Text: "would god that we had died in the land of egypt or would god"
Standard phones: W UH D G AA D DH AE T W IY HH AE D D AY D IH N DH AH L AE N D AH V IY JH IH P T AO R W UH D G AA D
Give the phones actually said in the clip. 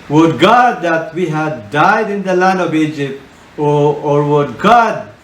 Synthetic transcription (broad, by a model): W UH D G AA D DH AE T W IY HH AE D D AY D IH N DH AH L AE N D AH V IY JH IH P T AO R W UH D G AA D